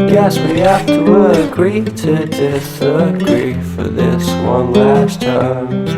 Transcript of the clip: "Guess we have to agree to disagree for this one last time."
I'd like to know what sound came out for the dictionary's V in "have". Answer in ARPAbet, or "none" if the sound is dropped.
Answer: F